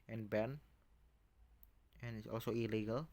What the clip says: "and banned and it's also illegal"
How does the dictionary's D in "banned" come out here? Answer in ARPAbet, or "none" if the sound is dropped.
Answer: none